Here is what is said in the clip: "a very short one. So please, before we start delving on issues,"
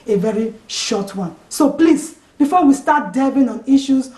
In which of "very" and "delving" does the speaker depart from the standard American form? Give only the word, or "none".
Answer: delving